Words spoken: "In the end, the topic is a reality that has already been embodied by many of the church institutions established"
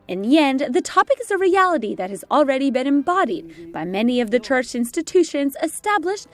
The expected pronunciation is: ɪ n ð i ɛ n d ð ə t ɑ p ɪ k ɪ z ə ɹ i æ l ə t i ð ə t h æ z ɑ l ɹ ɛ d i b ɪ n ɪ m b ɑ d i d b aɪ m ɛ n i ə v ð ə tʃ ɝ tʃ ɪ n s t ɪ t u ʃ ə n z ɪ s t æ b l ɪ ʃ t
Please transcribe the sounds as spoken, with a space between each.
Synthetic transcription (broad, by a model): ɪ n ð i ɛ n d ð ə t ɑ p ɪ k ɪ z ə ɹ i æ l ə t i ð ə t h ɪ z l ɹ ɛ d i b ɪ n ɪ m b ɑ d i d b aɪ m ɛ n i ə v ð ə tʃ ɝ tʃ ɪ n s t ɪ t u ʃ ə n z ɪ s t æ b l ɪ ʃ t